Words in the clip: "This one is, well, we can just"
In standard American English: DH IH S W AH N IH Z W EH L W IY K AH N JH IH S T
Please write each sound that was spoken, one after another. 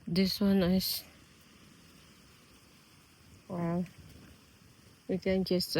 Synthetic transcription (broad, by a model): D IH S W AH N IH S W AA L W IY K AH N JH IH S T